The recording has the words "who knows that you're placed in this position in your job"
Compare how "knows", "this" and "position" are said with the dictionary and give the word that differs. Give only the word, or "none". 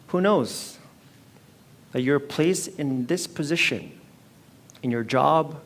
none